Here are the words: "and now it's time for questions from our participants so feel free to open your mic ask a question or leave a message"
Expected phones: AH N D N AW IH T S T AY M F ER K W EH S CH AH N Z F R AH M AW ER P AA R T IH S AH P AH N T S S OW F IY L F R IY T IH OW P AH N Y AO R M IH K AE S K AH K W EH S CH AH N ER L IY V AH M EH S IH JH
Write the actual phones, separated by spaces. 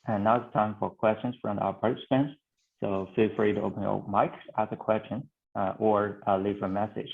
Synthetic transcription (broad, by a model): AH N N AW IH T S T AY M F ER K W EH S CH AH N Z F R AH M AW ER P AA R T IH S AH P AH N T S S OW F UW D F R IY T IH OW P AH N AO M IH K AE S AH K W EH S CH AH N ER L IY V AH M EH S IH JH